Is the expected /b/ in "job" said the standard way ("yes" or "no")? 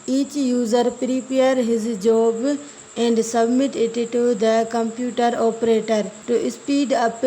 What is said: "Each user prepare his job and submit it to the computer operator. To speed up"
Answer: yes